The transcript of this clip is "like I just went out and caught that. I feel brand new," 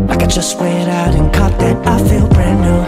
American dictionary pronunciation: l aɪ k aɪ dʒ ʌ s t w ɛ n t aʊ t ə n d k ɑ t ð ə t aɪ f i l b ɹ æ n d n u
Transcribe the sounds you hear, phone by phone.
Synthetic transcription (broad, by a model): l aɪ k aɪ dʒ ʌ s t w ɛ t aʊ t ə n k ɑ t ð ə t aɪ f i l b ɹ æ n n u